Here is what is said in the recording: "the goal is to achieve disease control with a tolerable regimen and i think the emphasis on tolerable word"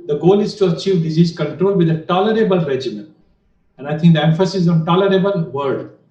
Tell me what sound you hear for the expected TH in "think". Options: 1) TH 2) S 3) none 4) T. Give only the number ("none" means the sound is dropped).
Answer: 4